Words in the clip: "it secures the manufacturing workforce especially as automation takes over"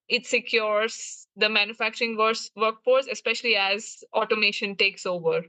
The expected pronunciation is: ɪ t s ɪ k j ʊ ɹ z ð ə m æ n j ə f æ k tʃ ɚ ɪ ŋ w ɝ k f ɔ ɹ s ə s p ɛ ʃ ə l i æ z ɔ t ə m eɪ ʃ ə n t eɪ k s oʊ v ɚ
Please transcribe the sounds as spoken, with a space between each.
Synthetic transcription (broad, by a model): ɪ t s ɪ k j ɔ ɹ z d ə m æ n j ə f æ k tʃ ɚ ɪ ŋ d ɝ k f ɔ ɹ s ə s p ɛ ʃ ə l i æ z ɔ t ə m eɪ ʃ ə n t eɪ k s oʊ v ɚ